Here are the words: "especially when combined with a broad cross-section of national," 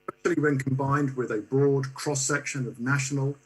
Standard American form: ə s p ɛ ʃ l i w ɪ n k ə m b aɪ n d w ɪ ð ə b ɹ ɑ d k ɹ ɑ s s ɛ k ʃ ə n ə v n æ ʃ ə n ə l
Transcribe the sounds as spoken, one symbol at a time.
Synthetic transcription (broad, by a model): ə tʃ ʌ l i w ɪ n k ə m b aɪ n d w ɪ ð ə b ɹ ɑ d k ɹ ɑ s s ɛ k ʃ ə n ə v n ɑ ʃ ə n ə l